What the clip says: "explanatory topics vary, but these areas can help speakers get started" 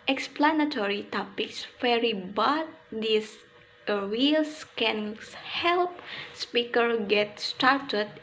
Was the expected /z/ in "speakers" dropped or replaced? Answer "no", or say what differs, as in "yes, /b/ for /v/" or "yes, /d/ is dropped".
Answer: yes, /z/ is dropped